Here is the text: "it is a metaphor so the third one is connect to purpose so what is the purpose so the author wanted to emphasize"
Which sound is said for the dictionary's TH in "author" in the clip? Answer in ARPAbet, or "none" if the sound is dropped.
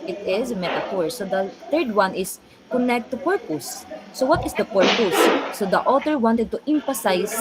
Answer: T